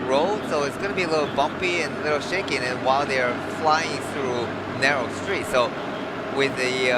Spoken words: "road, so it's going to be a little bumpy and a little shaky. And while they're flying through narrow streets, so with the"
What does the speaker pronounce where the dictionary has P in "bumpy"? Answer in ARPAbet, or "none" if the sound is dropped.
P